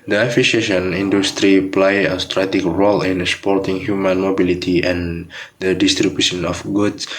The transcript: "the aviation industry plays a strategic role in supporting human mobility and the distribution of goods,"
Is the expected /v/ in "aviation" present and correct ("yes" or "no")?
no